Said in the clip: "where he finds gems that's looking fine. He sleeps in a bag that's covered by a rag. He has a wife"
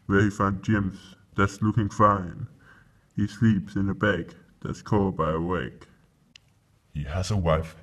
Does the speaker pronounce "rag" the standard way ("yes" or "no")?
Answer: no